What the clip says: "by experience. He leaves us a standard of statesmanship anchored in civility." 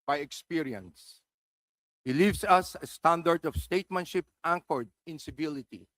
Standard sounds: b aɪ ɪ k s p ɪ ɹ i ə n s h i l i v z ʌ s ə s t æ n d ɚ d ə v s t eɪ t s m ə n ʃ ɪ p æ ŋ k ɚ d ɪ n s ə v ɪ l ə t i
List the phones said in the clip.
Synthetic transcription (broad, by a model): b aɪ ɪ k s p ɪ ɹ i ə n s h i l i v s ʌ s ə s t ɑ n d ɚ d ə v s t eɪ t m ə n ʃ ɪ p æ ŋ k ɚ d ɪ n s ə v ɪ l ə t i